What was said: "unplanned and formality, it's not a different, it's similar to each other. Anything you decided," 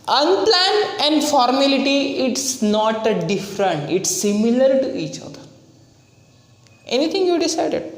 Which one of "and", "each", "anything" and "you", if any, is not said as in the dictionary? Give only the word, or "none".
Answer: anything